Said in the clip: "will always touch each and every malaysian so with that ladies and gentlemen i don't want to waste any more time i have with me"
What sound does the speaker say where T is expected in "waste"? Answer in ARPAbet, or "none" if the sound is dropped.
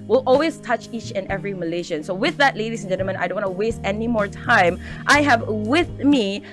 T